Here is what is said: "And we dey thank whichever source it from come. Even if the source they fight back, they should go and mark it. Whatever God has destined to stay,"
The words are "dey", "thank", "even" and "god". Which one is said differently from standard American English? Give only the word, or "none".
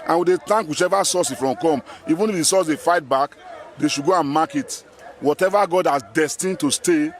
thank